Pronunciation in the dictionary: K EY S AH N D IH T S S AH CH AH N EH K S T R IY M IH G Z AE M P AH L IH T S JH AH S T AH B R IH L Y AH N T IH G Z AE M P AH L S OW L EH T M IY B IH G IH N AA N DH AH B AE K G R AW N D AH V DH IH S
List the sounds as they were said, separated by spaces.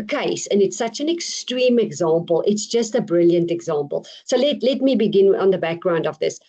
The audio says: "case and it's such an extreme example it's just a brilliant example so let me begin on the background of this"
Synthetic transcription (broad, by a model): K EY S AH N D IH T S S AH CH AH N EH K S T R IY M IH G Z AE M P AH L IH T S JH AH S T AH B R IH L Y AH N T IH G Z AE M P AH L S OW L EH T M IY B IH G IH N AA N DH AH B AE K G R AW N D AH V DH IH S